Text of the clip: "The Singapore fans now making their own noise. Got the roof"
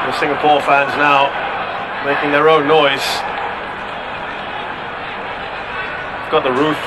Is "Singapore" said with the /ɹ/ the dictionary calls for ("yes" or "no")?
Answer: yes